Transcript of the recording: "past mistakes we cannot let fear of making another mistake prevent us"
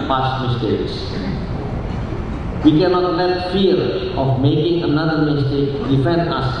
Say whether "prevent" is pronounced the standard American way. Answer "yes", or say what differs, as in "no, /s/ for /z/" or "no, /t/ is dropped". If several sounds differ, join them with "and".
no, /f/ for /v/